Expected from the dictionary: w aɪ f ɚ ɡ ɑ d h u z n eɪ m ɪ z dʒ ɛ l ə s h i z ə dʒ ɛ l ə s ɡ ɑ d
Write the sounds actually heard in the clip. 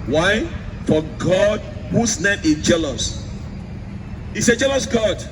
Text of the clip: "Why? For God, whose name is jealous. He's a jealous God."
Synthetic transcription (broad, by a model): w aɪ f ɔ ɡ ɑ d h u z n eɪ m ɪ dʒ ɛ l ə s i s ə dʒ ɛ l ə s ɡ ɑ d